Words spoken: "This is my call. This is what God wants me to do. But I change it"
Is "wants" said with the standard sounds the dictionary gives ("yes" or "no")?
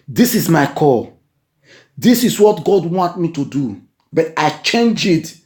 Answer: no